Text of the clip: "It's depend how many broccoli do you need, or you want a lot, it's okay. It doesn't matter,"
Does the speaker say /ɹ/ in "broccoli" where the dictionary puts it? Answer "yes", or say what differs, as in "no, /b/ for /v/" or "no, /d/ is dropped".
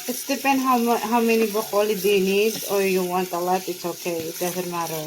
no, /ɹ/ is dropped